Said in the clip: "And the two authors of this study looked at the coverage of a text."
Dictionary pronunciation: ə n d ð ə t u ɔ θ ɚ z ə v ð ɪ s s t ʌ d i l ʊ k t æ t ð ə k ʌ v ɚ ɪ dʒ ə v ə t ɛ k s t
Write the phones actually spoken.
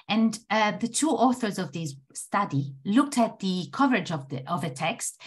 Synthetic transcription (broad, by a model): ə n ð ə t u ɔ θ ɚ z ə v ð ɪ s s t ʌ d i l ʊ k t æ t ð ə k ʌ v ɚ ɪ dʒ ə v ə t ɛ k s t